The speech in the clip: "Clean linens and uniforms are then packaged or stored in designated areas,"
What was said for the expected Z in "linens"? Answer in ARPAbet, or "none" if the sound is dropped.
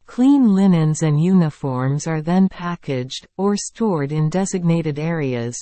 Z